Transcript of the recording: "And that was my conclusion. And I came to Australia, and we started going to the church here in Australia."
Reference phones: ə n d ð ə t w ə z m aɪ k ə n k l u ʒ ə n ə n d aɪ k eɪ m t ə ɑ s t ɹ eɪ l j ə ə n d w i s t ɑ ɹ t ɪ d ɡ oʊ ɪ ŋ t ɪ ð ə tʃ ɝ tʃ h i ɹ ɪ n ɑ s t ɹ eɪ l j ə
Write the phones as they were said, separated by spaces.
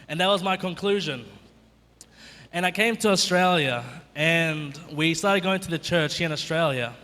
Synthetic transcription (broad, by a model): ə n ð ə t w ə z m aɪ k ə n k l u ʒ ə n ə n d aɪ k eɪ m t ə ɑ s t ɹ eɪ l j ə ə n w i s t ɑ ɹ t ɪ d ɡ oʊ ɪ ŋ t ɪ ð ə tʃ ɝ tʃ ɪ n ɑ s t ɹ eɪ l j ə